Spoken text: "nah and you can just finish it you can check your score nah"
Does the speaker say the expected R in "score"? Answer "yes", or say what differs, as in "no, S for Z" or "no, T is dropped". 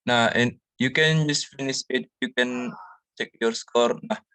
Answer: yes